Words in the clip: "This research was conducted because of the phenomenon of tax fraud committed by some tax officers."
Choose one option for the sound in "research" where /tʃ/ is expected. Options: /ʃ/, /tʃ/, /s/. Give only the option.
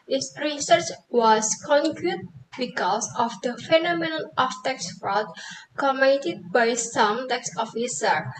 /tʃ/